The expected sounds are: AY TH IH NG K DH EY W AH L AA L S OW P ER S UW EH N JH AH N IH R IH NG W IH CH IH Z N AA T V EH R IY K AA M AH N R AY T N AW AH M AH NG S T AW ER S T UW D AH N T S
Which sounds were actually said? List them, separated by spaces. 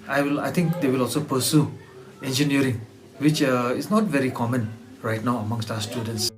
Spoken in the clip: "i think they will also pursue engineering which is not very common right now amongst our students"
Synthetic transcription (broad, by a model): AY T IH NG K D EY W AH L AA L S OW P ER S UW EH N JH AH N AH R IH NG W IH CH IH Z N AA T V EH R IY K AA M AH N R AY T N AW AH M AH NG S T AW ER S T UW D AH N T S